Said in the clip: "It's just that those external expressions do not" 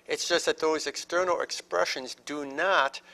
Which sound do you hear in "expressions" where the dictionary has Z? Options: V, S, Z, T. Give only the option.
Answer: Z